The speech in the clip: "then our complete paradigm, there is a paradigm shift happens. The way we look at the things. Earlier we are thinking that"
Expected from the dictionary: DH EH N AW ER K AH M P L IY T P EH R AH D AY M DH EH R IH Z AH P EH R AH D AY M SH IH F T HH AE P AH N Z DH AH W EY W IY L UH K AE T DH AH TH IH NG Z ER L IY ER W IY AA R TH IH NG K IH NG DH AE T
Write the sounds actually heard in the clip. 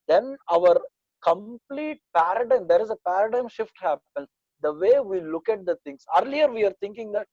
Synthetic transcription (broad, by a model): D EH N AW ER K AH M P L IY T P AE R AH D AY M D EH R IH Z AH P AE R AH D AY M SH IH F T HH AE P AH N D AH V EY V IY L UH K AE T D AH T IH NG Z ER L IY ER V IY AA R T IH NG K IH NG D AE T